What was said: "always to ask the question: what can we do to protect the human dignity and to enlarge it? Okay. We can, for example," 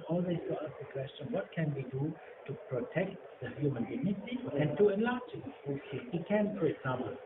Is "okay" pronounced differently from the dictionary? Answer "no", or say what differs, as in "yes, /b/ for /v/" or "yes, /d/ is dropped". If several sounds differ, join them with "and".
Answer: yes, /k/ is dropped